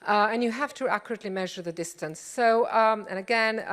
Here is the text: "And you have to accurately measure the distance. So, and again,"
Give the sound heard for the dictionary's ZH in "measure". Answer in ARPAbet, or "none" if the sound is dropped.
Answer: ZH